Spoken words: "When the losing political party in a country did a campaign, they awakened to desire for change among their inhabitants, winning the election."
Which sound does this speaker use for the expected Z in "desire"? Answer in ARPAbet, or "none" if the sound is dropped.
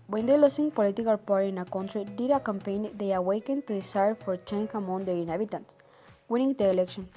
S